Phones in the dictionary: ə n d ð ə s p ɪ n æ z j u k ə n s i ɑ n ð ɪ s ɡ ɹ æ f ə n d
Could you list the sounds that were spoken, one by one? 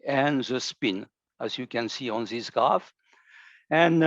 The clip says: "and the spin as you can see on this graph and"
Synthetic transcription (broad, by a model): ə n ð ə s p ɪ n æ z j u k ə n s i ɑ n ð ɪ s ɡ ɑ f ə n